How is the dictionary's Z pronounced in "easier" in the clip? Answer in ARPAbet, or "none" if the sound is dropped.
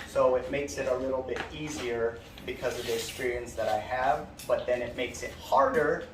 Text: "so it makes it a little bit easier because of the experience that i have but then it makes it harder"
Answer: Z